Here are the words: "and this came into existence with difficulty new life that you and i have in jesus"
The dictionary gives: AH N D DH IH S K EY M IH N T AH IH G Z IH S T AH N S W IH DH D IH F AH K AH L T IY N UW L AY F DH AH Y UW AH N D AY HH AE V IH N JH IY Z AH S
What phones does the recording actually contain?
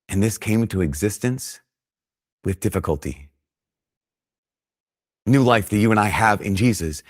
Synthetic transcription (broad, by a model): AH N DH IH S K EY IH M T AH IH G Z IH S T AH N S W IH DH D IH F AH K AH L T IY N UW L AY F DH AH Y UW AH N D AY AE V IH N JH IY Z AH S